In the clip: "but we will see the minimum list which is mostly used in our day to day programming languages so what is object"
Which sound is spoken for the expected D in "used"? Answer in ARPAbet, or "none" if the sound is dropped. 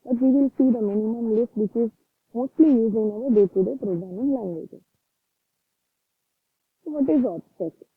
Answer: none